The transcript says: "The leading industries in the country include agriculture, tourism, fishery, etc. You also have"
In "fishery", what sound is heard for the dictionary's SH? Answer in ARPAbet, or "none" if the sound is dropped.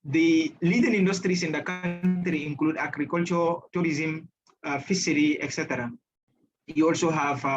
S